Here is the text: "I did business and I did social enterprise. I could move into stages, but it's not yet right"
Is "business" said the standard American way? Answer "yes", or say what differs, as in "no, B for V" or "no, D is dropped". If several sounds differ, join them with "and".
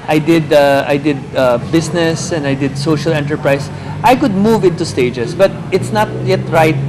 no, S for Z